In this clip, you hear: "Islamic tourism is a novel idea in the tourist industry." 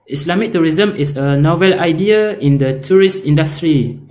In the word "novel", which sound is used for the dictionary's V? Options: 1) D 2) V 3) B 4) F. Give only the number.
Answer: 2